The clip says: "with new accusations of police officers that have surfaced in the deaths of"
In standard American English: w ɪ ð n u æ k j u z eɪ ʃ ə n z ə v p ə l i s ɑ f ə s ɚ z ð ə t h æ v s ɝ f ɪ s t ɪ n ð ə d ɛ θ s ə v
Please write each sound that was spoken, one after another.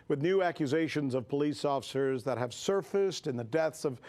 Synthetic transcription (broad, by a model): w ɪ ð n u æ k j u z eɪ ʃ ə n z ə v p ə l i s ɑ f ə s ɚ z ð ə t h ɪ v s ɝ f ɪ s t ɪ n ð ə d ɛ θ s ə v